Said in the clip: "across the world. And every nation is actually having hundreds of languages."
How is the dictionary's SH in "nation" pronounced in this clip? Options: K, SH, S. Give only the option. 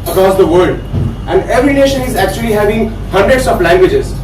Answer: SH